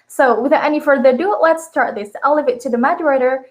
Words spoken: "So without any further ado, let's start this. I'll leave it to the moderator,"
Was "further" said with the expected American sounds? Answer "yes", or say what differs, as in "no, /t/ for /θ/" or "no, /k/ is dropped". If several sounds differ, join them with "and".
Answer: yes